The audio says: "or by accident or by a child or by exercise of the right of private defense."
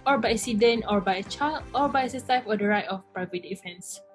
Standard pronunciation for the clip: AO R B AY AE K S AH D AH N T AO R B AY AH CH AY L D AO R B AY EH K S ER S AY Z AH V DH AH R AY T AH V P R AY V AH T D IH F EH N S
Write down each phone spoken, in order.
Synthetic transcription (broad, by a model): AO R B AY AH S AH D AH N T AO R B AY AH CH AY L AO R B AY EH S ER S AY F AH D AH R AY T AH F P R AY V AH T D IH F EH N S